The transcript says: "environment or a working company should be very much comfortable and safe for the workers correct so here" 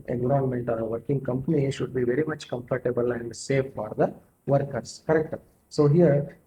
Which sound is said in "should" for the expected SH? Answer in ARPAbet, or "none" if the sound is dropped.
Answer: SH